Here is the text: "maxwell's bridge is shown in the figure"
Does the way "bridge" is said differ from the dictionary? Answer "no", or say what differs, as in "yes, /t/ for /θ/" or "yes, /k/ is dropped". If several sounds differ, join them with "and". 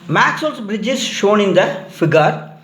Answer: no